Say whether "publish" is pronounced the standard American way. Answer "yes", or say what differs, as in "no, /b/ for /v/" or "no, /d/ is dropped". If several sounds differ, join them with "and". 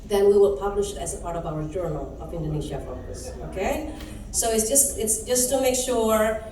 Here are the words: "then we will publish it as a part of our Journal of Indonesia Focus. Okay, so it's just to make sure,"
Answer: yes